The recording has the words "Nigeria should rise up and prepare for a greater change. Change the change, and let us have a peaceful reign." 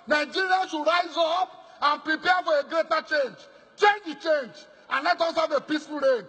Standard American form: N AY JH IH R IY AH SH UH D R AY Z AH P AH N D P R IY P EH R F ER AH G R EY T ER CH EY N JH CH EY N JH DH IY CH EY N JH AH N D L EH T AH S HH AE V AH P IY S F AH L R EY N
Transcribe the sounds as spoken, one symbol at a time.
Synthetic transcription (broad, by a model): N AY JH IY R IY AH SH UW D R AY Z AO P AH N P R IY P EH F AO AH G R EY T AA CH EY N JH CH EY N JH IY CH EY N JH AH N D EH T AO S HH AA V AH P IY S F AH L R EY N